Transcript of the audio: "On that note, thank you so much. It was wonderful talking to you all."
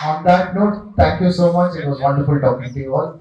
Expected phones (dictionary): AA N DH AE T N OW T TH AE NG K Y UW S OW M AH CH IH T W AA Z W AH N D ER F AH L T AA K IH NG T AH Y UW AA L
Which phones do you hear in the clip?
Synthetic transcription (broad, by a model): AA N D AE T N OW T T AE NG K Y UW S OW M AH CH IH T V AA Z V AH N D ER F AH L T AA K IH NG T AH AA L